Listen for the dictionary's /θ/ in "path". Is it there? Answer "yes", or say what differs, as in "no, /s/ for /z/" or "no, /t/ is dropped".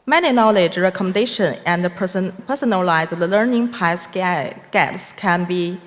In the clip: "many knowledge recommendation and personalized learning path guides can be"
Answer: no, /s/ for /θ/